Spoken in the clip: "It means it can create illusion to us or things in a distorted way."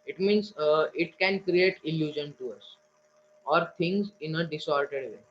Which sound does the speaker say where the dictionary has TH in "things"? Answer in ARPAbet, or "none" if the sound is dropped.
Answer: T